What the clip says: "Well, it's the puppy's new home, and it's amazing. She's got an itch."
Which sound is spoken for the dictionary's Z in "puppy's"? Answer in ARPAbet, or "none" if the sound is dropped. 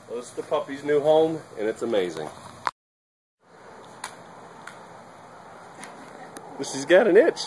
Z